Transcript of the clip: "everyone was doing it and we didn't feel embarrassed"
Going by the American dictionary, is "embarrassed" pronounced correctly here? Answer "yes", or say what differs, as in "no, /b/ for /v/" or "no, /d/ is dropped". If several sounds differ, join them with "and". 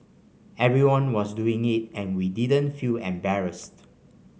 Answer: yes